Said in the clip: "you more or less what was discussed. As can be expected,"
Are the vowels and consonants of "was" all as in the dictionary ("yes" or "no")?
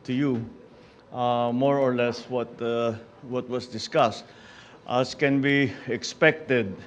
no